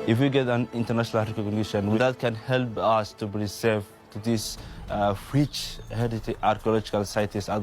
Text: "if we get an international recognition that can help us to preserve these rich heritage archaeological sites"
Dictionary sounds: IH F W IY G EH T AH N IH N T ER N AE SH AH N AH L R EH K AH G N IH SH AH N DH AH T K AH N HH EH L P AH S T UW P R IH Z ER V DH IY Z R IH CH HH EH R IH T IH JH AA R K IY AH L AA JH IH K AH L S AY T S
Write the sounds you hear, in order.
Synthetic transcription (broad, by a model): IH F W IY G EH T AH N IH N T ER N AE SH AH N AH L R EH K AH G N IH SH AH N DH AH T K AH N HH EH L P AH S T UW B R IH S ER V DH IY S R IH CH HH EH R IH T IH AA R K IY AH L AA JH IH K AH L S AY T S